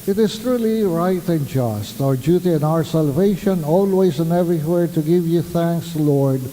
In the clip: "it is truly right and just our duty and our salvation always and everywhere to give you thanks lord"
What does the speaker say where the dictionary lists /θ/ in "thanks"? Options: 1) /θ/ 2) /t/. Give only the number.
1